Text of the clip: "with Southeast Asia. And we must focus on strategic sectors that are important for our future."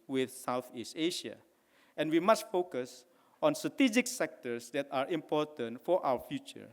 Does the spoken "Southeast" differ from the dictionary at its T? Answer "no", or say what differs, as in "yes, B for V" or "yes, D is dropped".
no